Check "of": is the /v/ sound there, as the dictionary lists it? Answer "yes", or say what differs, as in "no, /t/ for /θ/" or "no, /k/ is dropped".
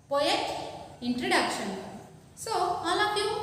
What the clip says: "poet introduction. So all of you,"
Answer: no, /p/ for /v/